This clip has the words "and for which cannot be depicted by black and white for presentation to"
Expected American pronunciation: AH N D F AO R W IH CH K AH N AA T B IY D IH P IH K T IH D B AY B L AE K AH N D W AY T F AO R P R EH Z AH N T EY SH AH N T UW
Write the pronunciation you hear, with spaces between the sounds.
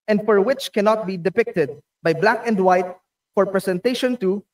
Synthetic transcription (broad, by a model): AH N D F AO R W IH CH K AH N AA T B IY D IH P IH K T IH D B AY B L AE K AH N D W AY T F AO R P R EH S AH N T EY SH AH N T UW